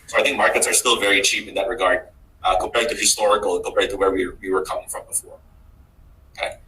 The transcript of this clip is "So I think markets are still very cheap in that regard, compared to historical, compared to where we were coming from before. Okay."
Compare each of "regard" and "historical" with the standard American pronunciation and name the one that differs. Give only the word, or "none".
historical